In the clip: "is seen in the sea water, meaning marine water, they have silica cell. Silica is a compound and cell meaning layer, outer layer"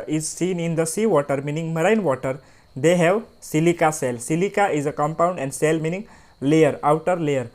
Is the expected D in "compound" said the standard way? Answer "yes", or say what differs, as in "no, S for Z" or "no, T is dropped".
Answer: yes